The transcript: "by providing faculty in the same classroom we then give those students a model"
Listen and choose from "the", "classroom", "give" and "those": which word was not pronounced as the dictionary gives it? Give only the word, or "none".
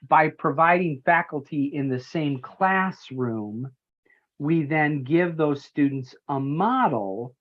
none